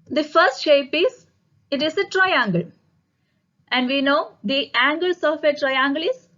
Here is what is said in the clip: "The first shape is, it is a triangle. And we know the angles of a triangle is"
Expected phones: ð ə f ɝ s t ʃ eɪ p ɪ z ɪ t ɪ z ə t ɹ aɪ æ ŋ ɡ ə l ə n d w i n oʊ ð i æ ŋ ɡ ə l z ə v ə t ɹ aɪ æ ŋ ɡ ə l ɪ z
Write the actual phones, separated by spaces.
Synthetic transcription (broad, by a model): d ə f ɝ s t ʃ eɪ p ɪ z ɪ t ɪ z ə t ɹ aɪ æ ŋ ɡ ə l ə n d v i n oʊ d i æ ŋ ɡ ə l s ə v ə t ɹ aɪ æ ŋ ɡ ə l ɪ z